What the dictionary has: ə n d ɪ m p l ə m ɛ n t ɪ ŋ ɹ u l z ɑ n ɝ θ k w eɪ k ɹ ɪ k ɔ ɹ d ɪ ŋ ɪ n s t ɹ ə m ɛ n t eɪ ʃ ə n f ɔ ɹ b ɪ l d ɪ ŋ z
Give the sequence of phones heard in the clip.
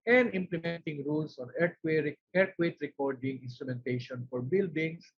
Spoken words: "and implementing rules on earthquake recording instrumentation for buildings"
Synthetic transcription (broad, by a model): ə n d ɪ m p l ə m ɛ n t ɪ ŋ ɹ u l s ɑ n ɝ t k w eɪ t ɹ ɪ k ɔ ɹ d ɪ ŋ ɪ n s t ɹ ə m ɛ n t eɪ ʃ ə n f ɔ ɹ b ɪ l d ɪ ŋ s